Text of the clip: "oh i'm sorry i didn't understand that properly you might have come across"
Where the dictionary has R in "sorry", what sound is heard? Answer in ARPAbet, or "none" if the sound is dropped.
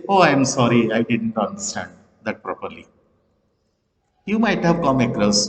R